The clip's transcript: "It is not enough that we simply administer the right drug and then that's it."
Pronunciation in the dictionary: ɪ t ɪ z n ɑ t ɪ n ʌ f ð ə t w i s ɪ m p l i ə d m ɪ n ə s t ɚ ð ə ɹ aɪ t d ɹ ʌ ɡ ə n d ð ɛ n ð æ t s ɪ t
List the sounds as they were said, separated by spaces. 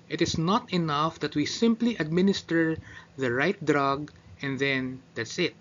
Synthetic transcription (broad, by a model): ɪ t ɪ s n ɑ t ɪ n ʌ f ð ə t w i s ɪ m p l i ə d m ɪ n ə s t ɚ ð ə ɹ aɪ t d ɹ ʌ ɡ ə n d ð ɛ n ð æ t s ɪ t